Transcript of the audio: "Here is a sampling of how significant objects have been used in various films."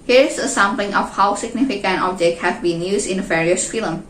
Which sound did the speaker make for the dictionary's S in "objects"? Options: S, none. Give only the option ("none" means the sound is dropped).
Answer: none